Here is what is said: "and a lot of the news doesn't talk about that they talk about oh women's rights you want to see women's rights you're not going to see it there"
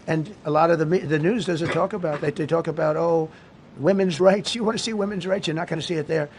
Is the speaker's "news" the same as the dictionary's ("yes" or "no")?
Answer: yes